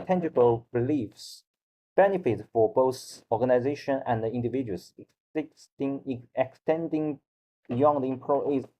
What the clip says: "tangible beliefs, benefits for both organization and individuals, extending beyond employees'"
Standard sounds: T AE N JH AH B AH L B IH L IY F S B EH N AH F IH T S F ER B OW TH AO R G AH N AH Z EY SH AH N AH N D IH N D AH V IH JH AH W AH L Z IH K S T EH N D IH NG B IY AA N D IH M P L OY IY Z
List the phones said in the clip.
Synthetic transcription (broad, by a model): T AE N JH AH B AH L B IH L IY F S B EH N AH F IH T F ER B OW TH AO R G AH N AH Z EY SH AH N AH N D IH N D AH V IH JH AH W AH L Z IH K S T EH N D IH NG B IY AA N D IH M P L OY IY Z